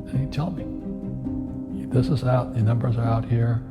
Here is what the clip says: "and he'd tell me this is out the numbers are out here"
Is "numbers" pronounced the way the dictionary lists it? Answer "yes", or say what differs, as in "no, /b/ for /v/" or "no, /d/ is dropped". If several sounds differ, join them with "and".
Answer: yes